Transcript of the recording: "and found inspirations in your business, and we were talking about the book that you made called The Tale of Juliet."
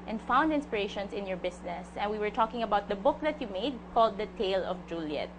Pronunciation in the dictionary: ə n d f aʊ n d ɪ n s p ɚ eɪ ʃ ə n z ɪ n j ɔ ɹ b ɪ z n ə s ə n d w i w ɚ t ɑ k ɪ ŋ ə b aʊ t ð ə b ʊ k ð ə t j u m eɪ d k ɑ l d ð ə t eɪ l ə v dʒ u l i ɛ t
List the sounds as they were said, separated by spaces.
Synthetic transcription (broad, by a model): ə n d f aʊ n d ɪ n s p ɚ eɪ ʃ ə n s ɪ n j ɔ ɹ b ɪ s n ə s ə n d w i w ɚ t ɑ k ɪ ŋ ə b aʊ t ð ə b ʊ k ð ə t j u m eɪ d k ɑ l d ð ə t eɪ l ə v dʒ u l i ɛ t